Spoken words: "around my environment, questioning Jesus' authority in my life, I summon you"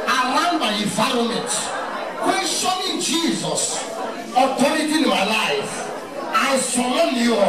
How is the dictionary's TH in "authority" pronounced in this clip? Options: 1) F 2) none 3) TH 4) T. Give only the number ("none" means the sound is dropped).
4